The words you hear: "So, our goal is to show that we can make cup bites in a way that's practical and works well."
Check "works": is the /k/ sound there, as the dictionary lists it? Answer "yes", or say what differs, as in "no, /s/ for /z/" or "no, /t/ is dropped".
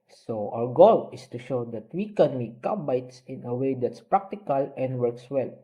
yes